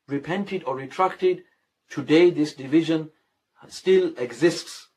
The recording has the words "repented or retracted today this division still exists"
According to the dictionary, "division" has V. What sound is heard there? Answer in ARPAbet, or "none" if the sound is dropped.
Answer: V